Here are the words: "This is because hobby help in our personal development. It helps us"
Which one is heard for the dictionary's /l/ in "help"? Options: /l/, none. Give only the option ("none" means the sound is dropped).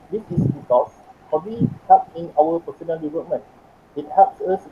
none